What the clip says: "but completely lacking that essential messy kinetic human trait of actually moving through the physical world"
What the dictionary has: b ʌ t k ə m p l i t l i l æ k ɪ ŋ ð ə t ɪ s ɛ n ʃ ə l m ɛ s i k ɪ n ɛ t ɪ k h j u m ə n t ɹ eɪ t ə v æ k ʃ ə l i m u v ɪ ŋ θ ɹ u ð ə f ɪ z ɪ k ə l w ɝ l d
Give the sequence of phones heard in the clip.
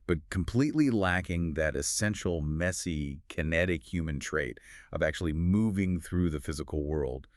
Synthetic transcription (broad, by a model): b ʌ t k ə m p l i t l i l æ k ɪ ŋ ð ə t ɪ s ɛ n ʃ l m ɛ s i k ɪ n ɛ t ɪ k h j u m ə n t ɹ eɪ t ə v æ k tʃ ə l i m u v ɪ ŋ θ ɹ u ð ə f ɪ z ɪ k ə l w ɝ l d